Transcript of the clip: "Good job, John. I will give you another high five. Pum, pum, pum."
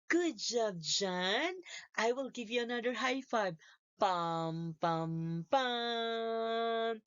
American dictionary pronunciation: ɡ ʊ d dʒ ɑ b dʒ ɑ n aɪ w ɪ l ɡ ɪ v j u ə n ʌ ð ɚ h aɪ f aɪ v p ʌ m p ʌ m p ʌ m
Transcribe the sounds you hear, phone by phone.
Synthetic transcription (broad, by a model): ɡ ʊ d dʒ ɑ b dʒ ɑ n aɪ w ɪ l ɡ ɪ v j u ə n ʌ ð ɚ h aɪ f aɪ b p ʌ m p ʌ m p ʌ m